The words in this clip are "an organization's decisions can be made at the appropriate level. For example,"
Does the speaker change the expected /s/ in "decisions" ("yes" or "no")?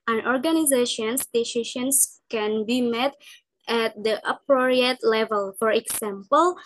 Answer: yes